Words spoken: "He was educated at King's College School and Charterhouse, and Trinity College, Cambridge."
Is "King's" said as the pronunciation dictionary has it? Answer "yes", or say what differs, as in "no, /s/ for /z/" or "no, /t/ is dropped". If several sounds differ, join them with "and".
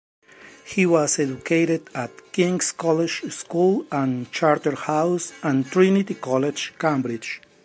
no, /s/ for /z/